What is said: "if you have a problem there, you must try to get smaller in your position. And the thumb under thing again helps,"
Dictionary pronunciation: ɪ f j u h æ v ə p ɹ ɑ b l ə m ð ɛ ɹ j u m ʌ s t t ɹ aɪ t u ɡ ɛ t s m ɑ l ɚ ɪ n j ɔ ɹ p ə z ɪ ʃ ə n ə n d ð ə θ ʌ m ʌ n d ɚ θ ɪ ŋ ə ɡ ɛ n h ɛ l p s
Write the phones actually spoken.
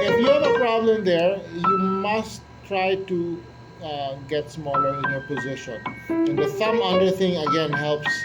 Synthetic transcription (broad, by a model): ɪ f j u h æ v ə p ɹ ɑ b l ə m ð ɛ ɹ j u m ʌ s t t ɹ aɪ t u ɡ ɛ t s m ɑ l ɚ ɪ n j ɔ ɹ p ə z ɪ ʃ ə n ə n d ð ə s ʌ m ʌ d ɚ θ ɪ ŋ ə ɡ ɛ n h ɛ l p s